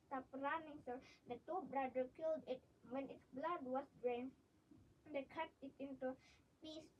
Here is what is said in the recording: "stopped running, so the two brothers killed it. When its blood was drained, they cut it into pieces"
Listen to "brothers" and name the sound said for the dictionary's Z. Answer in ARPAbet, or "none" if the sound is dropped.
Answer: none